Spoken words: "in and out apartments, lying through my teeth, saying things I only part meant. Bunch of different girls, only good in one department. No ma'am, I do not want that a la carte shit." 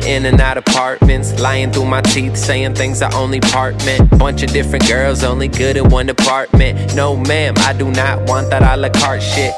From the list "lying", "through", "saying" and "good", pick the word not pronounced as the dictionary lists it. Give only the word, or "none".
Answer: none